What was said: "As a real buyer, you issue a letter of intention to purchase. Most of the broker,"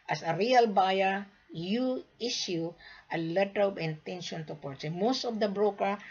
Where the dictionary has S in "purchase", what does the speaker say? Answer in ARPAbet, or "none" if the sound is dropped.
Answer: none